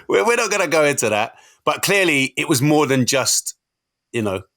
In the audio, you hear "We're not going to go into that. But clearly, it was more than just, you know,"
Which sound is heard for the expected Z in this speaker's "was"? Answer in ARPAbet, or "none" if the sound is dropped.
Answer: Z